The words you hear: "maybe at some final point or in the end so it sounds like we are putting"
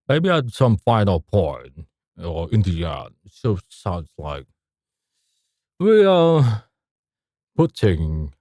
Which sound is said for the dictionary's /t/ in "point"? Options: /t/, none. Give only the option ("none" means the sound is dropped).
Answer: none